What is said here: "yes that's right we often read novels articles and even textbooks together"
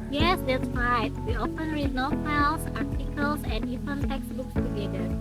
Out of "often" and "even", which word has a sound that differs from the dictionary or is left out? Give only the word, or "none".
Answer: even